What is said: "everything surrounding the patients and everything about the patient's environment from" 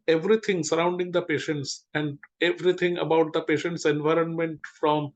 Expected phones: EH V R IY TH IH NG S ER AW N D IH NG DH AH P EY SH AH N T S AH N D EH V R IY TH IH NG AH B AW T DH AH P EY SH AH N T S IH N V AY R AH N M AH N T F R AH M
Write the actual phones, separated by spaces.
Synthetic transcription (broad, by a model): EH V R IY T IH NG S ER AW N D IH NG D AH P EY SH AH N T S AH N D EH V R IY T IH NG AH B AW T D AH P EY SH AH N T S IH N V AY R AH N M AH N T F R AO M